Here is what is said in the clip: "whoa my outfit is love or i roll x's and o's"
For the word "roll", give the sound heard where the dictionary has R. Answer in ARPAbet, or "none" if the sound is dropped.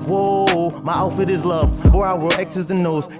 W